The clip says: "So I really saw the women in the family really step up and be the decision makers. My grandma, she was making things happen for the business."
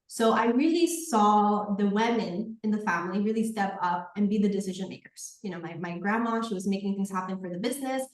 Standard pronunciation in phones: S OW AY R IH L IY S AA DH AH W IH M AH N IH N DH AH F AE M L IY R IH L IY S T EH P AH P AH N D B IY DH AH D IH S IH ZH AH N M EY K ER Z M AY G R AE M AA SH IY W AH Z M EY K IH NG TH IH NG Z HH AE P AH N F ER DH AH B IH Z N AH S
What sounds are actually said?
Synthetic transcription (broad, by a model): S OW AY R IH L IY S AA DH AH W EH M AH N IH N DH AH F AE M L IY R IH L IY S T EH P AH P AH N B IY DH AH D IH S IH ZH AH N M EY K ER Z M AY G R AE M AA SH IY W AH Z M EY K IH NG TH IH NG Z HH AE P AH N F ER DH AH B IH Z N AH S